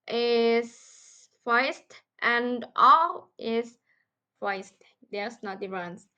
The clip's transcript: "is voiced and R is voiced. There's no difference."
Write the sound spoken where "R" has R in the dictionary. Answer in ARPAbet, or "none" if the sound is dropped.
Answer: L